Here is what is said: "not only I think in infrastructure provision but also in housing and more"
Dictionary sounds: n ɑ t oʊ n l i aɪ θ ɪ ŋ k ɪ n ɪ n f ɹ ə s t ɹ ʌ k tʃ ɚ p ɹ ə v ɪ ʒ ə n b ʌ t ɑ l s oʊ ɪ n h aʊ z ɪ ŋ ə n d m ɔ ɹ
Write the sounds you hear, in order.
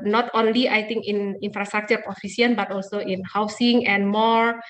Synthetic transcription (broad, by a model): n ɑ t oʊ n l i aɪ t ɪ ŋ k ɪ n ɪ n f ɹ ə s t ɹ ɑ k tʃ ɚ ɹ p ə f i s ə n b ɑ t ɑ l s oʊ ɪ n h aʊ s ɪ ŋ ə n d m ɔ ɹ